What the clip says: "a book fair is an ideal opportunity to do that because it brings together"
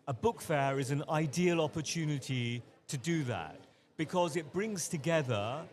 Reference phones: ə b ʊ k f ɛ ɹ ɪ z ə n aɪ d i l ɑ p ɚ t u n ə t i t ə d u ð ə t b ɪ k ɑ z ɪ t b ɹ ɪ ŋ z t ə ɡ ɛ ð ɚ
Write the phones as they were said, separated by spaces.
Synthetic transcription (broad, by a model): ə b ʊ k f ɛ ɹ ɪ z ə n aɪ d i l ɑ p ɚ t u n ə t i t ə d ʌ ð ə t b ɪ k ɑ z ɪ t b ɹ ɪ ŋ z t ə ɡ ɛ ð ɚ